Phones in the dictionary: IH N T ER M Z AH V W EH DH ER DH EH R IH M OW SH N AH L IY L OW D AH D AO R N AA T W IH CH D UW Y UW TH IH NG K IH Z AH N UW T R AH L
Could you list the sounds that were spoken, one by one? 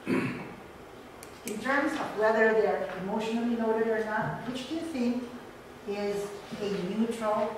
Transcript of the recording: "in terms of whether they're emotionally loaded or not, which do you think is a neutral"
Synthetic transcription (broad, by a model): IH N T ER M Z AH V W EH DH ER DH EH R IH M OW SH N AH L IY N OW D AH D AO R N AA T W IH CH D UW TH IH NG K IH Z AH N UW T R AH L